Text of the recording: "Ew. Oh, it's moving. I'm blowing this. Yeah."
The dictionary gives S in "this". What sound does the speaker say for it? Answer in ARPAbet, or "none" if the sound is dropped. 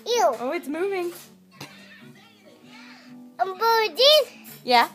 none